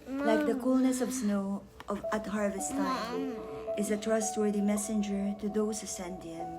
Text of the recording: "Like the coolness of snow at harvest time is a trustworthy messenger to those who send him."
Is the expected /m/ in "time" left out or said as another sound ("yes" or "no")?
yes